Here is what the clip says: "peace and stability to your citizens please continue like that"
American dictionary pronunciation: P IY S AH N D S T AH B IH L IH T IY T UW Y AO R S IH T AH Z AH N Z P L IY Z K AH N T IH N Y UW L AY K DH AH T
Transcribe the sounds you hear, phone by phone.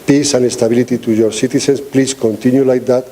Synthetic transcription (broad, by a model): P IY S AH N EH S T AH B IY L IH T IY T UW Y AO R S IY T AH S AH N S P L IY S K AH N T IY N Y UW L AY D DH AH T